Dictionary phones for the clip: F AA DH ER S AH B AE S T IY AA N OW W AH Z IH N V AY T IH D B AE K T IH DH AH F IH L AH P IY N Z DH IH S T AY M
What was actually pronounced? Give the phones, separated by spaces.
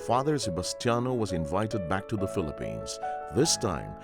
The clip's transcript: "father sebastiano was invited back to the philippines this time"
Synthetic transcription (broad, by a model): F AA DH ER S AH B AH S T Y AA N OW W AH Z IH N V AY T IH D B AE K T IH DH AH F IH L AH P IY N Z DH IH S T AY M